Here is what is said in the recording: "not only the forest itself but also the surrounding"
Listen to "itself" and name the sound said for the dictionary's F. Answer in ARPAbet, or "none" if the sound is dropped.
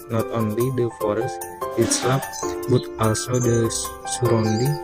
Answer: P